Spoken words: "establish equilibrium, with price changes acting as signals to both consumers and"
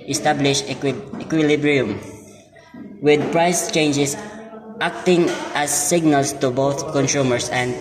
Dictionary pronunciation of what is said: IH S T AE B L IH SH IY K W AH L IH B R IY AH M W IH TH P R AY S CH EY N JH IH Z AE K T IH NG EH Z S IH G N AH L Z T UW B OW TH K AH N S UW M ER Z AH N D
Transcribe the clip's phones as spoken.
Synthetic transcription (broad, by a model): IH S T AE B L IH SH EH K W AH L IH B R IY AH M W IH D P R AY S CH EY N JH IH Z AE K T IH NG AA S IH G N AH L S T UW B OW TH K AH N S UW M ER S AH N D